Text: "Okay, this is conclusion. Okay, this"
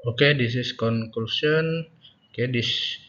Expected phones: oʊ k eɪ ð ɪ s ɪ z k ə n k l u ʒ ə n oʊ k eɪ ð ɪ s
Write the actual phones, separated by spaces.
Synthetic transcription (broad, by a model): oʊ k eɪ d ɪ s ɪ s k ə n k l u s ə n oʊ k eɪ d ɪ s